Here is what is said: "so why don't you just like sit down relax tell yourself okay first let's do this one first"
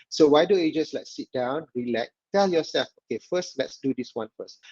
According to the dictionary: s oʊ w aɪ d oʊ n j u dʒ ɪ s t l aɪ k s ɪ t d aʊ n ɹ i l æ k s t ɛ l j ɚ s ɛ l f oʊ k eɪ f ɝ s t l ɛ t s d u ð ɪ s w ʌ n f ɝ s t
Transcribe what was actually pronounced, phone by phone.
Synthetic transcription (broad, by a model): s oʊ w aɪ d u j u dʒ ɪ s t l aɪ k s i t d aʊ n ɹ i l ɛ k t ɛ l j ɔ s ɛ l f oʊ k eɪ f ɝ s t l ɛ t s d u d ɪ s w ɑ n f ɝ s t